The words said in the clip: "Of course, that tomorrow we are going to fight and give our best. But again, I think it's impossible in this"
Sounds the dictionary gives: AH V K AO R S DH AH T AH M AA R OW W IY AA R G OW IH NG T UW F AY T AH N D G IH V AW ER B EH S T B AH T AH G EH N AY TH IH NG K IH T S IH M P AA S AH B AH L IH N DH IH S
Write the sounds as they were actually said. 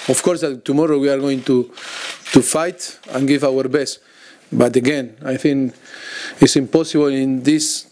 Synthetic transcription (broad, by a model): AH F K AO R S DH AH T AH M AA R OW W IY AA R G OW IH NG T UW F AY T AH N G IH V AW ER B EH S T B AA T AH G EH N AY TH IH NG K IH T S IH M P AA S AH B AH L IH N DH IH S